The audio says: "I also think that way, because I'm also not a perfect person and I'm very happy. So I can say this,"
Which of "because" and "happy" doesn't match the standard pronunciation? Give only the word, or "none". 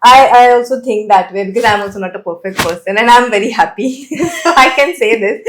none